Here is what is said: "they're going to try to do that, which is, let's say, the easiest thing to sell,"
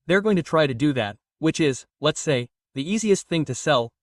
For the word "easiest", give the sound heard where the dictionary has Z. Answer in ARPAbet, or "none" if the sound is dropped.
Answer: Z